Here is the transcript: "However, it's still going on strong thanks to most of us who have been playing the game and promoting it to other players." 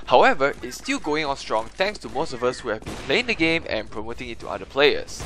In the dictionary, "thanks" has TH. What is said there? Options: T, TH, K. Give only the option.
T